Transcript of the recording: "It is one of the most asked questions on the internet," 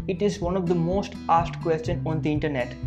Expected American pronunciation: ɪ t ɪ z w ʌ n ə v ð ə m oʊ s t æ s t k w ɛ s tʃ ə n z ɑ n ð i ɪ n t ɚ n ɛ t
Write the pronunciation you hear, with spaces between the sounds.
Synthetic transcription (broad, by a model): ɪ t ɪ z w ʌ n ə v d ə m oʊ s t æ s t k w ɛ s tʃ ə n ɑ n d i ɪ n t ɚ n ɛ t